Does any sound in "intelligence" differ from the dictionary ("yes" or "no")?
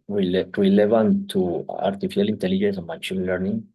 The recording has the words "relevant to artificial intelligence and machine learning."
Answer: no